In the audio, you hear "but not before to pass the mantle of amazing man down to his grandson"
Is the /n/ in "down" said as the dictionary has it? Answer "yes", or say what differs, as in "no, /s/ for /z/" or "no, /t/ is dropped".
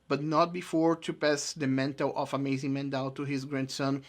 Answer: no, /l/ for /n/